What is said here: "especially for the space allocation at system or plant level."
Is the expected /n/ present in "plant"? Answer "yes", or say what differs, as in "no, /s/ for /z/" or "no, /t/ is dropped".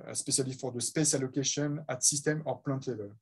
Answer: no, /n/ is dropped